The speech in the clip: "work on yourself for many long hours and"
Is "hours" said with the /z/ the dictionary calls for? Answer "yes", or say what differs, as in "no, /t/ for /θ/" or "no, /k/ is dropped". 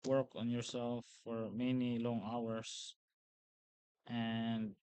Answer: no, /s/ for /z/